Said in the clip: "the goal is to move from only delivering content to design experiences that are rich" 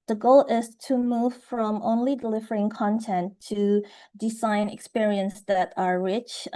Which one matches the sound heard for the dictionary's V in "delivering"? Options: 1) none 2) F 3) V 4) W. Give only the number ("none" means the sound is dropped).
3